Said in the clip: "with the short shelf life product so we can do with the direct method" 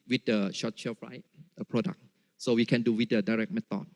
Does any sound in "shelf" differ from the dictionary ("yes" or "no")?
yes